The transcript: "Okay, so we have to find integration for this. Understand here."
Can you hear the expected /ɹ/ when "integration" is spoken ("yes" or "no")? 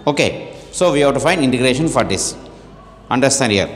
yes